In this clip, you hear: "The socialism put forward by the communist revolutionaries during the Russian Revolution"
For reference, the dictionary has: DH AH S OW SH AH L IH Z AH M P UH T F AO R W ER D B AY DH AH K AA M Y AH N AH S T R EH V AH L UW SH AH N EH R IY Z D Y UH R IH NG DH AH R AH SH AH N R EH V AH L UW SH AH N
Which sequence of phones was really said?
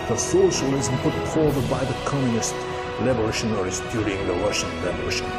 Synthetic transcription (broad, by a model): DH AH S OW SH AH L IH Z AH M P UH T P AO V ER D B AY DH AH K AA M Y AH N AH S T L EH B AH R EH SH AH N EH R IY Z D Y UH R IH NG DH AH R AH SH AH N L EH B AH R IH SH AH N